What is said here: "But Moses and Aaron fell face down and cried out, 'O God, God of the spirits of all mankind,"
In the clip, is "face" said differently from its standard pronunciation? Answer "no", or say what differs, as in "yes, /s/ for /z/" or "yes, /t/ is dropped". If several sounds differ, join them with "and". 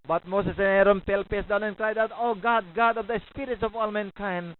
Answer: yes, /p/ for /f/